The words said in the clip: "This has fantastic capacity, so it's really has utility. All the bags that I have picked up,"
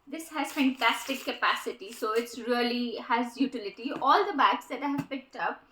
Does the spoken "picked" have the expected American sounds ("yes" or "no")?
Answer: yes